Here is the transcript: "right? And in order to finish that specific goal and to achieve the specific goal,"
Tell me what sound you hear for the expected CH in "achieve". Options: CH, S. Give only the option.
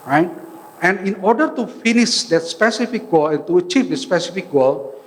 CH